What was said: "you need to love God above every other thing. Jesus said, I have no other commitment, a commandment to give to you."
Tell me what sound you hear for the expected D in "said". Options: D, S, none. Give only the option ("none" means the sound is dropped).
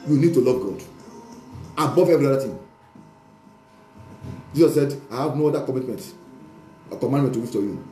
D